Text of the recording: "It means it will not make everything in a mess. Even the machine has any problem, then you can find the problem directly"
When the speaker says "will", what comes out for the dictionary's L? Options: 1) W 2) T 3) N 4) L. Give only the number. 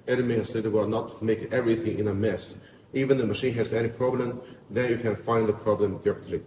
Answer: 1